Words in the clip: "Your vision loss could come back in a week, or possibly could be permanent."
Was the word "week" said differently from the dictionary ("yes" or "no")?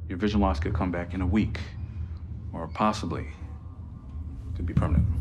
no